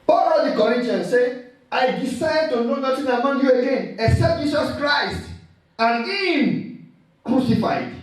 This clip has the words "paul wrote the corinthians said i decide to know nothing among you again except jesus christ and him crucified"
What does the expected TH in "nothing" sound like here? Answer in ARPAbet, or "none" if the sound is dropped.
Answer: T